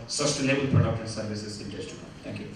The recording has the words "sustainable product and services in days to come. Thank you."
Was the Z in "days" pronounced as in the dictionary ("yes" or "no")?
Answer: no